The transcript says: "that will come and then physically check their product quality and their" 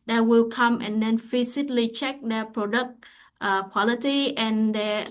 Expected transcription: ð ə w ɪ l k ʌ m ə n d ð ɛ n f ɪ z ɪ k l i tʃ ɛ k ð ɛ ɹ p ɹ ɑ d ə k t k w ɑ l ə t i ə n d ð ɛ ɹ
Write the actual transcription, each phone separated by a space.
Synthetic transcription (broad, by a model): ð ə w ɪ l k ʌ m ə n d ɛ n f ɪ s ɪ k l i tʃ ɛ k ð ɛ p ɹ ɑ d ə k t k w ɑ l ə t i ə n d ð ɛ